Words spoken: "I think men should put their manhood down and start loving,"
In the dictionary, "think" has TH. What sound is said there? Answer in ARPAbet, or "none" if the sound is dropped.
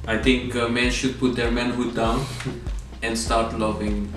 T